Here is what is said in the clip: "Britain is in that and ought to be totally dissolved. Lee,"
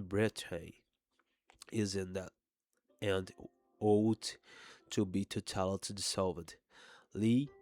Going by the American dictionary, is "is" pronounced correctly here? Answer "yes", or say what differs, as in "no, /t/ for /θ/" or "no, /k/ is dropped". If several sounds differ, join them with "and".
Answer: yes